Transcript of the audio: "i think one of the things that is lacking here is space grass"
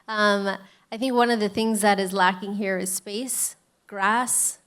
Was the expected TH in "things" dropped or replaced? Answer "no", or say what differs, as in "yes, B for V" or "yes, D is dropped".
no